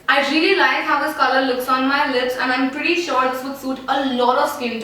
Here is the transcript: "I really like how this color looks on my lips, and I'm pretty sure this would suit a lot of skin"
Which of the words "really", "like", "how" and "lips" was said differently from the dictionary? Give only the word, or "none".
none